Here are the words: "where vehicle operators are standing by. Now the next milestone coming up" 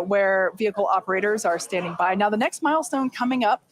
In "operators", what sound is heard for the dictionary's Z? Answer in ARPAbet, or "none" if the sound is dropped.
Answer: Z